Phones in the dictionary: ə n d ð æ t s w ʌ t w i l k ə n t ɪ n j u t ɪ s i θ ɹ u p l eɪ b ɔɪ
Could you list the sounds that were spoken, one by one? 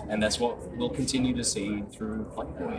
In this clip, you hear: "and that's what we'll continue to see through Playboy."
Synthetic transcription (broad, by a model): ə n ð æ t s w ʌ t w i l k ə n t ɪ n j u t ɪ s i θ ɹ u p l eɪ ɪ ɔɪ